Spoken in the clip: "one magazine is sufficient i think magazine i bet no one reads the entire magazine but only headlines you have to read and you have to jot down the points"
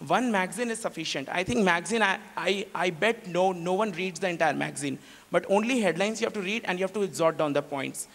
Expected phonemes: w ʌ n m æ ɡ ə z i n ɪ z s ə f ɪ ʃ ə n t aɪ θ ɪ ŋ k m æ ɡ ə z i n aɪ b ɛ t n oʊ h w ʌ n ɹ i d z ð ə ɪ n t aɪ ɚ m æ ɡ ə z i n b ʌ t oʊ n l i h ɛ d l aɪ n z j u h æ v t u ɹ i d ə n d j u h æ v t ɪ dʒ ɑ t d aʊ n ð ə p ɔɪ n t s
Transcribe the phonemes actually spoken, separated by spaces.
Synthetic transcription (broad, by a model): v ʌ n m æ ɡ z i n ɪ z s ə f ɪ ʃ ə n t aɪ t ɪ ŋ k m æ ɡ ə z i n aɪ b ɛ t n oʊ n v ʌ n ɹ i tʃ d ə ɪ n t aɪ ɚ m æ ɡ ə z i n b ʌ t oʊ n l i h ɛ d l aɪ n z j u h æ v t u ɹ i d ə n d j u h æ v t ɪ z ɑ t d aʊ n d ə p ɔɪ n t s